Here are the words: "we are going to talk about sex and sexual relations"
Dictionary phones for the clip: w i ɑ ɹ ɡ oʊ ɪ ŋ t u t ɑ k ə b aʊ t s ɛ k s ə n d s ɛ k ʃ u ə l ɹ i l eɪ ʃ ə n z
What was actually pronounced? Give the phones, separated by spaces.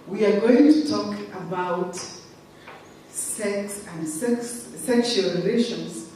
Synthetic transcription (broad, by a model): w i ɑ ɹ ɡ oʊ ɪ ŋ t u t ɑ k ə b aʊ t s ɛ k s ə n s s ɛ k ʃ u ə l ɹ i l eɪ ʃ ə n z